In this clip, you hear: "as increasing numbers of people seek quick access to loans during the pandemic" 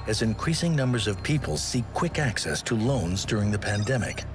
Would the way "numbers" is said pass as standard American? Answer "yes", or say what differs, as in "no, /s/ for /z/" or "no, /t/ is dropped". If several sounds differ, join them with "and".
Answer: yes